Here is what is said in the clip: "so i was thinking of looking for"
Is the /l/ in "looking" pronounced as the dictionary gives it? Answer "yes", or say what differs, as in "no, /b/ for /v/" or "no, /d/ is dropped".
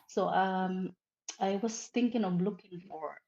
yes